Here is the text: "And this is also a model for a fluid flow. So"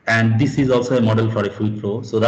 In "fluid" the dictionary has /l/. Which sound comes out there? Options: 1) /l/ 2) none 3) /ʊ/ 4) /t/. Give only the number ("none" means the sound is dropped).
2